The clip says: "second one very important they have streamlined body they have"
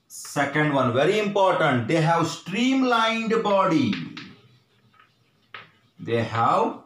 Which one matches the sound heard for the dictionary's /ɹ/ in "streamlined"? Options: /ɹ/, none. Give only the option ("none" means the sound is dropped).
/ɹ/